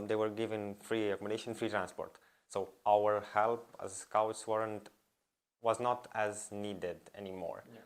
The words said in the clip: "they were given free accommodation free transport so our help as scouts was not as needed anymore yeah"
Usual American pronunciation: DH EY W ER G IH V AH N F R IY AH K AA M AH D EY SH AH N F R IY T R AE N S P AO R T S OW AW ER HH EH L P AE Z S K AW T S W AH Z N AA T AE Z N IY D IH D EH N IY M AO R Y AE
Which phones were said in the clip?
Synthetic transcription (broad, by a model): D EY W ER G IH V AH N F R IY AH K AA M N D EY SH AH N F R IY T R AE N S P AO R T S OW AW ER HH EH L P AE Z S K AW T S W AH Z N AA T AE Z N IY D IH D EH N IY M AO R